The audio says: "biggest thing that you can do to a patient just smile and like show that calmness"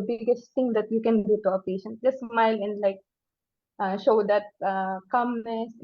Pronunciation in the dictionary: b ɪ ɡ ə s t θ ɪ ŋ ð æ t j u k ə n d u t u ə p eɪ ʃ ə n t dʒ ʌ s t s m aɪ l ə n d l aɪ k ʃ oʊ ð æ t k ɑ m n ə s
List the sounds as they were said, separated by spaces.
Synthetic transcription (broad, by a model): b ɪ ɡ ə s t t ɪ ŋ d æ t j u k ə n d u t u ə p eɪ ʃ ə n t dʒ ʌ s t s m aɪ l ə n d l aɪ k ʃ oʊ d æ t k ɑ m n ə s